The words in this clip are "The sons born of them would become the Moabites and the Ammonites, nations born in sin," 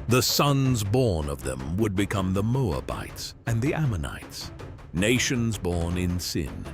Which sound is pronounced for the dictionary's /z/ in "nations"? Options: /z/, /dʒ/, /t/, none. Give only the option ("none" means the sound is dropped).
/z/